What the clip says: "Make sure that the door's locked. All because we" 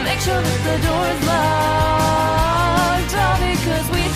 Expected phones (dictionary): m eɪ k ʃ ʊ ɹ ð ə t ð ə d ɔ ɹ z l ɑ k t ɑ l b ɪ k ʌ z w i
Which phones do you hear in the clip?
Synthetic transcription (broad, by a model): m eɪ k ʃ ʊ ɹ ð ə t ð ə d ɔ ɹ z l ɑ t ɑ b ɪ k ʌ z w i